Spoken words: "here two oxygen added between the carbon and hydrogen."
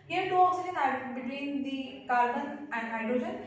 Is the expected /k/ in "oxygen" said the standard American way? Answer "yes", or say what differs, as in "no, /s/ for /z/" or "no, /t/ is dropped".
no, /k/ is dropped